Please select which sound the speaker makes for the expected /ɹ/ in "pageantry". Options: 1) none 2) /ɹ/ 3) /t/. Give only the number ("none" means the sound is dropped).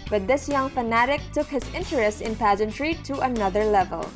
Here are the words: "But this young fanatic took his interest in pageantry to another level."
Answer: 2